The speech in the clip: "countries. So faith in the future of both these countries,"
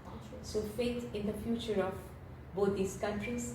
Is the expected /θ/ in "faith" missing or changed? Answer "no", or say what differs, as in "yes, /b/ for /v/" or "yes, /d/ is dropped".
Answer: yes, /t/ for /θ/